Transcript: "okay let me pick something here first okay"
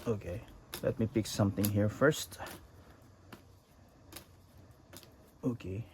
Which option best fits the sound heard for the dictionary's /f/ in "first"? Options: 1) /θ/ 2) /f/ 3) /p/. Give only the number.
2